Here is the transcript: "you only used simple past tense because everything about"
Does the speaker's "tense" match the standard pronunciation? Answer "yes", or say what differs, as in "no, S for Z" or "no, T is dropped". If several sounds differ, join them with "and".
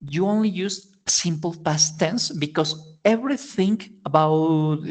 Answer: yes